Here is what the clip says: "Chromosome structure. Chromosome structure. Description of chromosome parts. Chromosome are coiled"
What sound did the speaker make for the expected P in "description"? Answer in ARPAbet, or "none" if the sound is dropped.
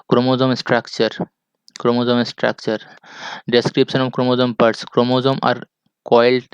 P